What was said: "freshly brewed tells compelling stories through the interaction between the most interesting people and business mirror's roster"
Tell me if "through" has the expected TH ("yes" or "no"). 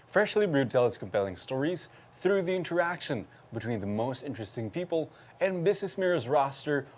yes